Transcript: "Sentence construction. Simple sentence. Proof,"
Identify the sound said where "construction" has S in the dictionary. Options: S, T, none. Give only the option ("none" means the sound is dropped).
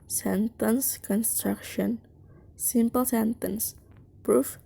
S